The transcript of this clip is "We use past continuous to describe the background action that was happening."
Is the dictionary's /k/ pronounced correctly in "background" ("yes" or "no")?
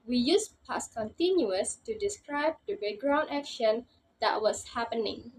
no